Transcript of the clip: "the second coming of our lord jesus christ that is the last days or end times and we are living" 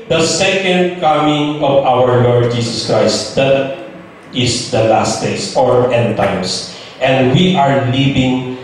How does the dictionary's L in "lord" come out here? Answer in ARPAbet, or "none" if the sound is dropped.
L